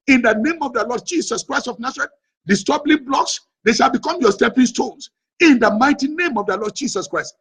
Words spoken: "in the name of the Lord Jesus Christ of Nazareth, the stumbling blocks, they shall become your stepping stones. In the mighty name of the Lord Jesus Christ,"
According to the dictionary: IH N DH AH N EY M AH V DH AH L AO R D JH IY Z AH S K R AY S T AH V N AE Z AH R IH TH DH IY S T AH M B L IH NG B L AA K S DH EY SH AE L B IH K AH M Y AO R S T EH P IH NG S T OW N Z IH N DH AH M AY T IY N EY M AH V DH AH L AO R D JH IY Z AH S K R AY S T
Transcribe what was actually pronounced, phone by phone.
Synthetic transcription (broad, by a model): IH N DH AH N EY M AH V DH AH L AO D JH IY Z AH S K R AY S T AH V N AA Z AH R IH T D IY S T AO B L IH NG B L AA K S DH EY SH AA L B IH K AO M Y AO S T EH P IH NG S T OW N S IH N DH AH M AY T IY N EY M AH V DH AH L AO D JH IY S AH S K R AY S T